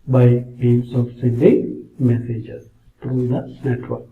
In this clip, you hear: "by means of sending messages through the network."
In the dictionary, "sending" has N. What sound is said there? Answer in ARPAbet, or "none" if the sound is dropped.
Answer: none